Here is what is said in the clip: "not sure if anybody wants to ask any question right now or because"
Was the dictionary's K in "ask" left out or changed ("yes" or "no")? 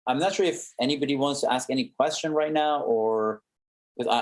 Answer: no